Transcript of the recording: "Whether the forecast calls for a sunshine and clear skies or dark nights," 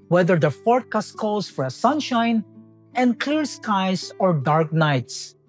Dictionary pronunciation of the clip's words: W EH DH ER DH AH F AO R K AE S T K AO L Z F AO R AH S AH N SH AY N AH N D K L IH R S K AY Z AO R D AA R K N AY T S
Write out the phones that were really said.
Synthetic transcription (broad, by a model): W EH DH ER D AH F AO R K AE S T K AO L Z F AO R AH S AH N SH AY N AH N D K L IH R S K AY S AO R D AA R K N AY T S